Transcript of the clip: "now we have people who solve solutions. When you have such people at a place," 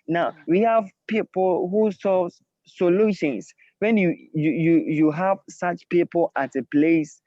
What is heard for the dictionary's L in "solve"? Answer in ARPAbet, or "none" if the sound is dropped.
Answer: none